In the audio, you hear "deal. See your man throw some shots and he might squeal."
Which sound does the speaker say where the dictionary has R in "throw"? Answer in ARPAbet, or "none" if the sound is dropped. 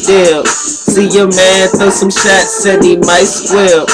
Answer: none